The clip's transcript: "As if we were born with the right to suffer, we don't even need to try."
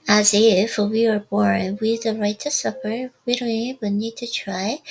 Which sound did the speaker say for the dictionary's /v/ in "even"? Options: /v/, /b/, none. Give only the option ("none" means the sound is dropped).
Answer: none